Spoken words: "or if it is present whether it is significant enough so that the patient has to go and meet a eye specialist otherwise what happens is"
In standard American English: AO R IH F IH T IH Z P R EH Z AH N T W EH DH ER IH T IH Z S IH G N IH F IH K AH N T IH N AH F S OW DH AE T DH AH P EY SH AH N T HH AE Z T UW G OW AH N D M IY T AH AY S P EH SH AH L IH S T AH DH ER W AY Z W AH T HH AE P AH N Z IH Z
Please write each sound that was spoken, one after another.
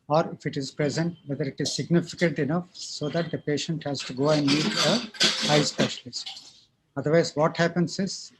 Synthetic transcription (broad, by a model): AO R IH F IH T IH Z P R EH Z AH N T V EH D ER IH T IH Z S IH G N IH F IH K AH N T IH N AH F S OW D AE T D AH P EY SH AH N T HH AE Z T UW G OW AH N D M IY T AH AY S P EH SH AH L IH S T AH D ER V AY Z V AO T HH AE P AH N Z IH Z